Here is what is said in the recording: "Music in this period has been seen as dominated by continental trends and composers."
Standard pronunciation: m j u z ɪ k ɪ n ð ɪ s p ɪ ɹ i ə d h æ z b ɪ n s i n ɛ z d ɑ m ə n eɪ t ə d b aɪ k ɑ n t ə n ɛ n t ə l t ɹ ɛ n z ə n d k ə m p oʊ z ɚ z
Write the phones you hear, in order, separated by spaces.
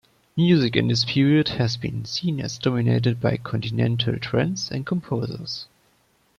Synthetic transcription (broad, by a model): m j u z ɪ k ɪ n ð ɪ s p ɪ ɹ i ə d h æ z b ɪ n s i n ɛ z d ɑ m ə n eɪ t ə d b aɪ k ɑ n t ə n ɛ n t ə l t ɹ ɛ n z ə n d k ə m p oʊ z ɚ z